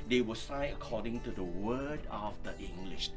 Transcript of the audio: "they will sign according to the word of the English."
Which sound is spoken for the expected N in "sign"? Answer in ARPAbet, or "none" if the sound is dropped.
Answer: none